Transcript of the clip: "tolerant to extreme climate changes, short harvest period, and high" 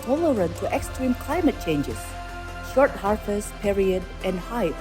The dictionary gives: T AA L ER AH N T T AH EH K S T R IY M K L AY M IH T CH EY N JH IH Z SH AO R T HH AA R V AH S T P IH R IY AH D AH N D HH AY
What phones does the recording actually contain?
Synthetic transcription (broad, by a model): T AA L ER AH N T T EH K S T R IY M K L AY M IH T CH EY N JH IH Z SH AO R T HH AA R F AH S P IH R IY AH D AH N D HH AY